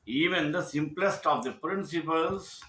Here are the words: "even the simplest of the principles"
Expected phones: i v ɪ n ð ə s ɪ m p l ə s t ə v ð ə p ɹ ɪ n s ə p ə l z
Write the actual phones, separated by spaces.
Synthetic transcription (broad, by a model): i v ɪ n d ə s ɪ m p l ə s t ə v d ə p ɹ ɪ n s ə p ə l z